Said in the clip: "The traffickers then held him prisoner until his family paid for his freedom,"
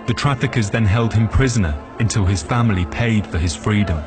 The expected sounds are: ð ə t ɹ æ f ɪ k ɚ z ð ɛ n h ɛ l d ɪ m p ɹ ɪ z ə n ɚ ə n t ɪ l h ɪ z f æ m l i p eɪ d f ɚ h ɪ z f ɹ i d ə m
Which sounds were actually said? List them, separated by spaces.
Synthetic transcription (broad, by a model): ð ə t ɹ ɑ f ɪ k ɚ z ð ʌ n h ɛ l d ɪ m p ɹ ɪ z ə n ɚ ə n t ɪ l ɪ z f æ m l i p eɪ d f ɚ ɪ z f ɹ i d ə m